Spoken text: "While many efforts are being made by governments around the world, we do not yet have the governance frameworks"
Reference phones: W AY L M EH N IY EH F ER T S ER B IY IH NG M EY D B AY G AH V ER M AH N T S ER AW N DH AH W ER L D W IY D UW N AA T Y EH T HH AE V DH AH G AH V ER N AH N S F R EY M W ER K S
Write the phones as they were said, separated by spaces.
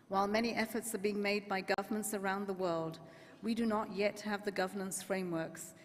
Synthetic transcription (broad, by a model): W AY L M EH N IY EH F ER T S ER B IY IH NG M EY D B AY G AH V ER M AH N T S ER AW N DH AH W ER L D W IY D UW N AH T Y EH T HH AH V DH AH G AH V ER N AH N S F R EY M W ER K S